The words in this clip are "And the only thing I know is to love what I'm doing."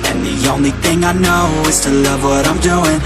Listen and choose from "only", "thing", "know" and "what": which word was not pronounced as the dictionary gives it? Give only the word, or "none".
none